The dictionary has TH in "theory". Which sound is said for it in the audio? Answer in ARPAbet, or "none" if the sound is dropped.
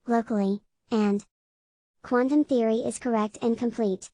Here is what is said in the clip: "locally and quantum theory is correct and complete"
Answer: TH